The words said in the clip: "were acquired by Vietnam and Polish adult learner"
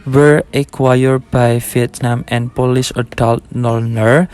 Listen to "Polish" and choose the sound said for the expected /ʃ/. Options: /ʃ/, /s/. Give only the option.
/s/